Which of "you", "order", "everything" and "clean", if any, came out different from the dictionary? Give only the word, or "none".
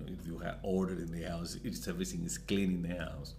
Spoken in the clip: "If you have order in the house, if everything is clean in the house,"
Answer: everything